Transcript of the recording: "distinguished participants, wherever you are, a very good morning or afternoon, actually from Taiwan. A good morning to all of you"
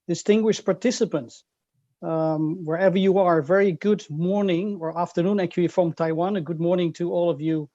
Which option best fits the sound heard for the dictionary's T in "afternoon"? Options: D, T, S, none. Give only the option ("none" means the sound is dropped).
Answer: T